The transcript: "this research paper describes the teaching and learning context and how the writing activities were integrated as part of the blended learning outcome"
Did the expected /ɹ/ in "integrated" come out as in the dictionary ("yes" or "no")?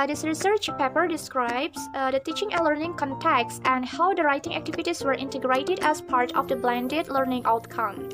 yes